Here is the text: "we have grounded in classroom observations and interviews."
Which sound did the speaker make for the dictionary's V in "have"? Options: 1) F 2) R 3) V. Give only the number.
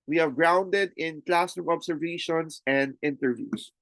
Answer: 3